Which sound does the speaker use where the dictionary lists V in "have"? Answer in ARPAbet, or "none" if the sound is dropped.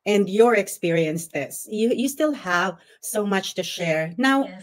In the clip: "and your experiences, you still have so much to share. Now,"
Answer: V